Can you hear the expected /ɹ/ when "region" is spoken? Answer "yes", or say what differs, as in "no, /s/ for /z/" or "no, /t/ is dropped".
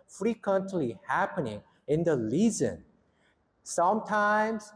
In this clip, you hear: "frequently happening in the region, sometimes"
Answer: no, /l/ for /ɹ/